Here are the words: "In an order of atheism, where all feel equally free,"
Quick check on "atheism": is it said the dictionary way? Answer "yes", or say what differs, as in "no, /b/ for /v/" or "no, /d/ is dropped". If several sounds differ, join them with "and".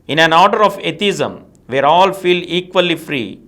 no, /t/ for /θ/